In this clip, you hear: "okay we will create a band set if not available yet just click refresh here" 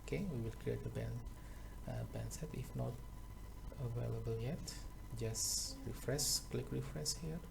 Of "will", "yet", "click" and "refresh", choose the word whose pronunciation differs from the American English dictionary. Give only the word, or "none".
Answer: refresh